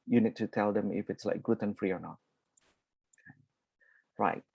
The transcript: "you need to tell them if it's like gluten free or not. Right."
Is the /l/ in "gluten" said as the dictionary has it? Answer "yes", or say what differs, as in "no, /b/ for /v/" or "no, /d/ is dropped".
no, /l/ is dropped